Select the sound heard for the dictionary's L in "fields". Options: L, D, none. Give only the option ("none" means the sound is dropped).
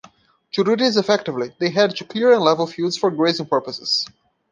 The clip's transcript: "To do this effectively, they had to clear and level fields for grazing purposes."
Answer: none